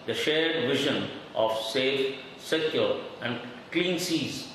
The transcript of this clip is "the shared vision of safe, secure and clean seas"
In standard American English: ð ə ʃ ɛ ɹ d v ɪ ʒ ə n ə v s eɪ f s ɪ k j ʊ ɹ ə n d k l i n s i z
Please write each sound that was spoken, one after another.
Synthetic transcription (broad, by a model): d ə ʃ ɛ ɹ d v ɪ ʒ ə n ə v s eɪ f s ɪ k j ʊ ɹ ə n d k l i n s i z